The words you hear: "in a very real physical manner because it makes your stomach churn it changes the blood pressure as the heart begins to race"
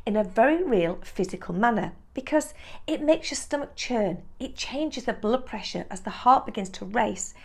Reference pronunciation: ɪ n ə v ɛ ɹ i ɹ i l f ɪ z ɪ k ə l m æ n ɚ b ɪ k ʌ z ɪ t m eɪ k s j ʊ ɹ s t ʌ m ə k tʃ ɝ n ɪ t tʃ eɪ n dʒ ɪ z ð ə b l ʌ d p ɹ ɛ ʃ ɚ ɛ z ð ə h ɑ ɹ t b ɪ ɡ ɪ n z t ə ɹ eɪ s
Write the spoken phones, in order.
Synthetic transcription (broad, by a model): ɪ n ə v ɛ ɹ i ɹ i l f ɪ z ɪ k ə l m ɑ n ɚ b ɪ k ʌ z ɪ t m eɪ k s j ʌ s t ʌ m ə k tʃ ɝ n ɪ t tʃ eɪ n dʒ ɪ z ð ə b l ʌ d p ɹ ɛ ʃ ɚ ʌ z ð ə h ɑ ɹ t b ɪ ɡ ɪ n z t ə ɹ eɪ s